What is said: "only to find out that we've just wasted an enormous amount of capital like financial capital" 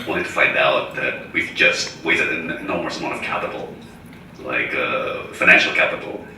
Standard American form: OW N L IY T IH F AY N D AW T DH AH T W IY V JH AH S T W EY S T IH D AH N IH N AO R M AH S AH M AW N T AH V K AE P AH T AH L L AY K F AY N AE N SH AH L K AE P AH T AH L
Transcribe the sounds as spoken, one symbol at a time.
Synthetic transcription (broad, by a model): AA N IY T IH F AY N D AW T DH AH T W IY V JH AH S T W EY T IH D AH N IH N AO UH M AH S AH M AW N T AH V K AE P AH T L L AY K F AY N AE N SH L K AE P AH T L